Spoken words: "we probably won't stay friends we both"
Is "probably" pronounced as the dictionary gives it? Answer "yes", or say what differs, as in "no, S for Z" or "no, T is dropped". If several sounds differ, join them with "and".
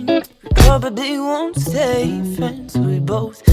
no, L is dropped